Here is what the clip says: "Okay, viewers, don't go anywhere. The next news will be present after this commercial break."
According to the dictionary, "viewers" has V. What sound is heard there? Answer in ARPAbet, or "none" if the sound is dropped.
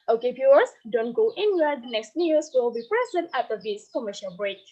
P